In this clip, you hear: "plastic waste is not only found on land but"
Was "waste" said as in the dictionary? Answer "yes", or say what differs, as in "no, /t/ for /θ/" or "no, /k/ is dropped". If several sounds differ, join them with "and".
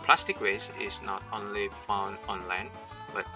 no, /t/ is dropped